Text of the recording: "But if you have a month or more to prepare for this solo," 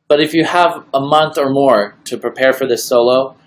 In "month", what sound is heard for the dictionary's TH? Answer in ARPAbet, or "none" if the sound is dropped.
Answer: TH